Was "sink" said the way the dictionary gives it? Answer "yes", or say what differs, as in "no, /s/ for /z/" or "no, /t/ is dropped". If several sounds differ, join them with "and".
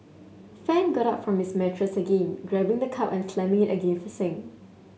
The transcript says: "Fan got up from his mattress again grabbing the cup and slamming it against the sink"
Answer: no, /k/ is dropped